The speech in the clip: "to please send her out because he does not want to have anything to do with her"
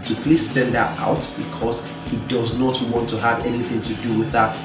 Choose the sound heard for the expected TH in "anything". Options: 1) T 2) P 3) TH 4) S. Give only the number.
3